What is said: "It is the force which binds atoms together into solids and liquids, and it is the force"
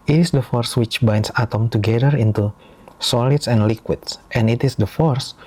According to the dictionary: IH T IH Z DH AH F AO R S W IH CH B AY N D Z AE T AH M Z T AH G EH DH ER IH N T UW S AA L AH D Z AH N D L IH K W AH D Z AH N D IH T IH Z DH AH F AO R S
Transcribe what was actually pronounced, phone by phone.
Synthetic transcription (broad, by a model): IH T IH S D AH F AO R S W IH CH B AY N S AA T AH M T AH G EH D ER IH N T UW S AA L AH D S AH N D L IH K W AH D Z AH N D IH T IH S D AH F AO R S